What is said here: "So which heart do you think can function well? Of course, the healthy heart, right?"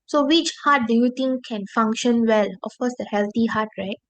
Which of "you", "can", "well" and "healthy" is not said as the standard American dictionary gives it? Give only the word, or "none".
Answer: healthy